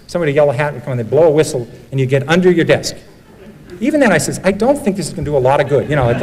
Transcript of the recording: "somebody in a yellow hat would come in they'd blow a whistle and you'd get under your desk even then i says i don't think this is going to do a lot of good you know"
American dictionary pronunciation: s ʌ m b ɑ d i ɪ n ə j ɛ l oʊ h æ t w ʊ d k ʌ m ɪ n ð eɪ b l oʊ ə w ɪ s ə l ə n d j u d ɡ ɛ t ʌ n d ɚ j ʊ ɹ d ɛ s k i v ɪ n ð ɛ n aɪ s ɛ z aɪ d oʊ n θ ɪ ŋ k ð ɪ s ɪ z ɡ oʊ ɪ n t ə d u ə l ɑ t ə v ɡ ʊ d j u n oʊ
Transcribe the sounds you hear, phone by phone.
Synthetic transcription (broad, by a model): s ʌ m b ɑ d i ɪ j ɛ l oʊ h æ t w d k ʌ m ɪ n ð eɪ b l oʊ ə w ɪ s l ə n j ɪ ɡ ɛ t ʌ n d ɚ j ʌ ɹ d ɛ s k i v ɪ n ð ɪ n aɪ s ɛ z aɪ d oʊ n θ ɪ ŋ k ð ɪ s ɪ z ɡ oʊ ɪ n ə d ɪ ə l ɑ t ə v ɡ ʊ d j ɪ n oʊ